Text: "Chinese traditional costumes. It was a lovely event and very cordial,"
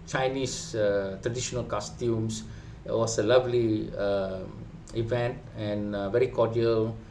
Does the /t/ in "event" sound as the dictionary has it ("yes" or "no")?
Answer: yes